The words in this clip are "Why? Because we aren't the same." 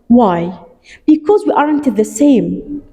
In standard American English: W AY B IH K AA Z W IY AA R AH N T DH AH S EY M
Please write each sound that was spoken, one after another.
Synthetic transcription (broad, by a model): W AY B IH K AA Z W IY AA R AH N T DH AH S EY M